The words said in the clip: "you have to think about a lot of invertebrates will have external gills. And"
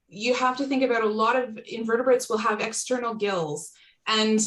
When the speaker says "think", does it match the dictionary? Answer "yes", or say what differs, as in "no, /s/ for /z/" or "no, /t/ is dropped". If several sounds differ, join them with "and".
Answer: yes